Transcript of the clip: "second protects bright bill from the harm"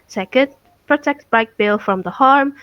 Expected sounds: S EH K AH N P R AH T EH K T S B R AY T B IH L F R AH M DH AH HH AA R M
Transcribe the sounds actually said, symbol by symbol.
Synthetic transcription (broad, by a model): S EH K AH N P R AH T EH K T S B AY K B IH L F R AH M DH AH HH AA R M